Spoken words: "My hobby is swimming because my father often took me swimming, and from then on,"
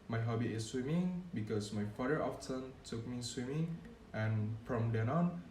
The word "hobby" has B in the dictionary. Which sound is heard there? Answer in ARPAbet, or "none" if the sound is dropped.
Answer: B